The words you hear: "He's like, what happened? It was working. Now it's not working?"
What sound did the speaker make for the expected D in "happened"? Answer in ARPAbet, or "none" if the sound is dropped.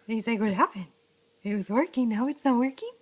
none